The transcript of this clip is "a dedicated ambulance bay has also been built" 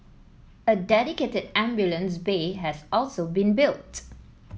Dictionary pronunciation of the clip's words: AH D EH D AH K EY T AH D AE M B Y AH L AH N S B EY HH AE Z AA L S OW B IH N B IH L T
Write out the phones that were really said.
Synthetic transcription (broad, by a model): AH D EH D AH K EY T AH D AE M B Y AH L AH N S B EY HH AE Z AA L S OW B IH N B IH L T